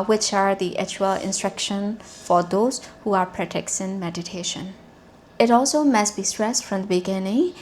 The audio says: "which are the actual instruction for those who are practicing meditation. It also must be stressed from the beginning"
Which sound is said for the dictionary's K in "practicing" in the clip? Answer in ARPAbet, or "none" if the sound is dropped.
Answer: none